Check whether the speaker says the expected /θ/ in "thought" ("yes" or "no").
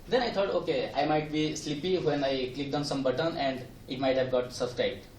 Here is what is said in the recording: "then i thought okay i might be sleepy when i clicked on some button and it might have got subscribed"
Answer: no